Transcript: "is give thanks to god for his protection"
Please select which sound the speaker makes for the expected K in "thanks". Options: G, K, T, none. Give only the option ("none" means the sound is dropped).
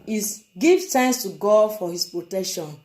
none